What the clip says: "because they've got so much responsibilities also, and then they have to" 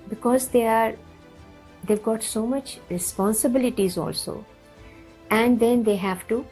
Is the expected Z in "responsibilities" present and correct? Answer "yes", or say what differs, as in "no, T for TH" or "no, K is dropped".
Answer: yes